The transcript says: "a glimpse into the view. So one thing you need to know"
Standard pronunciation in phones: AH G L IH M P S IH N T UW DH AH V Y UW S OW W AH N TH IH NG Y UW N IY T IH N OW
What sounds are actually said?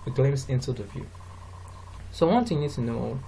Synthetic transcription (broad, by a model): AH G L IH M S IH N T UW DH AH V Y UW S OW W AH N T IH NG Y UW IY T IH N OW